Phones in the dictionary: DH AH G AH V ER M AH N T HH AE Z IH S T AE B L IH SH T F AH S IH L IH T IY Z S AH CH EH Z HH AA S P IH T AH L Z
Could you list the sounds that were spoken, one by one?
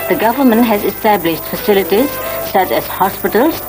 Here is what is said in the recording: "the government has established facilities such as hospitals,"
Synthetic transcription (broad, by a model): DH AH G AH V ER M AH N T HH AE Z IH S T AE B L IH SH T F AH S IH L IH T IY Z S AH CH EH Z HH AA S P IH T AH L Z